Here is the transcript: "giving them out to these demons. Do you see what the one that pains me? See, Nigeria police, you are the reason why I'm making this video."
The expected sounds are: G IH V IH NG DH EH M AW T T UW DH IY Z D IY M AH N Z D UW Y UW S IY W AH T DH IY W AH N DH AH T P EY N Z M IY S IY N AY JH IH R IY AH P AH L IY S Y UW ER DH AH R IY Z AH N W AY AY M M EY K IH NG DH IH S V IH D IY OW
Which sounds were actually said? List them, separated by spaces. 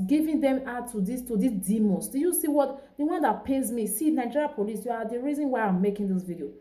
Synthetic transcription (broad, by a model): G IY V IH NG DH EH M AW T T UW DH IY S D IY M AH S D UW Y UW S IY W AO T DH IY W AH N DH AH T P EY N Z M IY S IY N AY JH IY R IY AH P AH L IY S Y UW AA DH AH R IY Z AH N W AY AY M M EY K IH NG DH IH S V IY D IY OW